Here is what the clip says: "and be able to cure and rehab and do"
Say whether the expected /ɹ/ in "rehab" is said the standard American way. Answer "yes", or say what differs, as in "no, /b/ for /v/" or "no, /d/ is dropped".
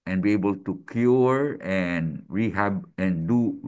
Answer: yes